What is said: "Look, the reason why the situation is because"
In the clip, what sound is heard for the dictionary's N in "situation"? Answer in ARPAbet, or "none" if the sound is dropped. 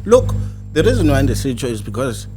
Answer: none